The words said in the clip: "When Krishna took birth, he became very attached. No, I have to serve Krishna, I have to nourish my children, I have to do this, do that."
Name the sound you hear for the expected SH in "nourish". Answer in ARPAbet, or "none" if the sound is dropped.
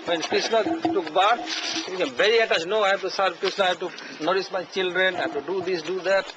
S